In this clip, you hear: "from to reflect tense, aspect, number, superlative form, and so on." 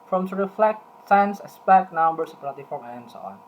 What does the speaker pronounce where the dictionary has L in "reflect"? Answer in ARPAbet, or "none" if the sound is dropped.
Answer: L